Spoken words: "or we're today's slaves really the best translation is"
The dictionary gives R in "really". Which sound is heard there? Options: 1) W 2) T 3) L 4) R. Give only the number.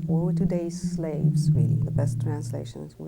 1